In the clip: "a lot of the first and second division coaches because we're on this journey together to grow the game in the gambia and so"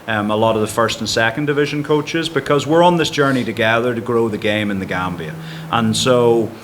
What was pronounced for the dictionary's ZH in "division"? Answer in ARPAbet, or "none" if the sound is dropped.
ZH